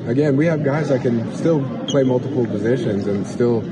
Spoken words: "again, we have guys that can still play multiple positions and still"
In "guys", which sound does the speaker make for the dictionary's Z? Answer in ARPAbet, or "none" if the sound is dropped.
Z